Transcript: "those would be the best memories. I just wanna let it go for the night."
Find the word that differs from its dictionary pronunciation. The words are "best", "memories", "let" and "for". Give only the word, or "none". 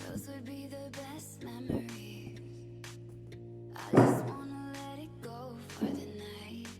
memories